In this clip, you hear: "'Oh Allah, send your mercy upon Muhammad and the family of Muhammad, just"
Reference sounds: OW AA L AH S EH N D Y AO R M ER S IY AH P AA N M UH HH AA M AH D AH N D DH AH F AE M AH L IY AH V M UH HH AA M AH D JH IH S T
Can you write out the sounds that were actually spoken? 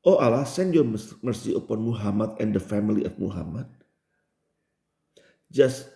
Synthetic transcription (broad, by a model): OW AA L AH S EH N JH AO M ER S IY AH P AA N M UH HH AA M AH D AH N D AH F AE M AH L IY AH F M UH HH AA M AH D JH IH S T